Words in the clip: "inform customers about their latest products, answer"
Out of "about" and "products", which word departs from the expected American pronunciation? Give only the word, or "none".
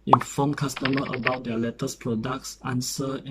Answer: none